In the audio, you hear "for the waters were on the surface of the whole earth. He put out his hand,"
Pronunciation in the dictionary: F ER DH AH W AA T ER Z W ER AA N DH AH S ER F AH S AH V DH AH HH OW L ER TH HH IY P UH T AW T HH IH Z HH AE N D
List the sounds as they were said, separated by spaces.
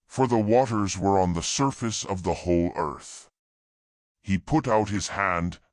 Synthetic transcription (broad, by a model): F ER DH AH W AA T ER Z W ER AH N DH AH S ER F AH S AH V DH AH HH OW L ER TH HH IY P UH T AW T HH IH Z HH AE N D